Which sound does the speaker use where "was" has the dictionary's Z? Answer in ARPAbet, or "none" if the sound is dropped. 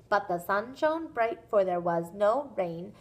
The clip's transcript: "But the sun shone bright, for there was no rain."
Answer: Z